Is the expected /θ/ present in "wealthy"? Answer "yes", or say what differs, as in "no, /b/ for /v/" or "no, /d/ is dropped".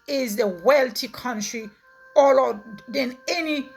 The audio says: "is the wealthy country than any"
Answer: no, /t/ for /θ/